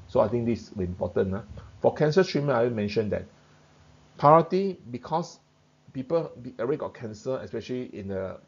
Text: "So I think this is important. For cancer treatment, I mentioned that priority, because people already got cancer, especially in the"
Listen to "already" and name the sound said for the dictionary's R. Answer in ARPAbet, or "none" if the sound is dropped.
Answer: none